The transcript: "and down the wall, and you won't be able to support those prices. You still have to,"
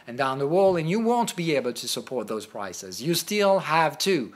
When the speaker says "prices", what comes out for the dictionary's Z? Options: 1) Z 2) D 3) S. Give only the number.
1